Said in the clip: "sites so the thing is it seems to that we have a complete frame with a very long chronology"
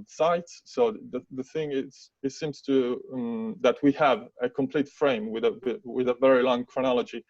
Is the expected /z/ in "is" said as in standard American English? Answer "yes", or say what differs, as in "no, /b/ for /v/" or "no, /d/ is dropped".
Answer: no, /s/ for /z/